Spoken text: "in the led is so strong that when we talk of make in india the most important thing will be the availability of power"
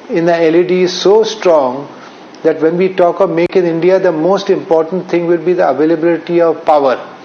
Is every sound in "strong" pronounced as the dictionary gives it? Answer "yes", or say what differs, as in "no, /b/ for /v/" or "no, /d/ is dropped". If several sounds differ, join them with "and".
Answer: yes